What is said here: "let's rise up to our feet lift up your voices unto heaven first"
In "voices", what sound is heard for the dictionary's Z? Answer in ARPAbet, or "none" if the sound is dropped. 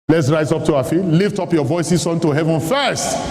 S